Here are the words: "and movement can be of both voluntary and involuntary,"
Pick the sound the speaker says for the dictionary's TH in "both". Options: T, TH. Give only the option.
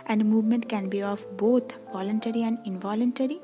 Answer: T